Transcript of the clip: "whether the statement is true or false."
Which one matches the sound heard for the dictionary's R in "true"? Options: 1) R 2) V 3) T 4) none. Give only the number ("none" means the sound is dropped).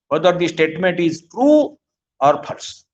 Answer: 1